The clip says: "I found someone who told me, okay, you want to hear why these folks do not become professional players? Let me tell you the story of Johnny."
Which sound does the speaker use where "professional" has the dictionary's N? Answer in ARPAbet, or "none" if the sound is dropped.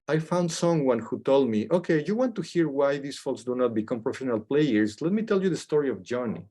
N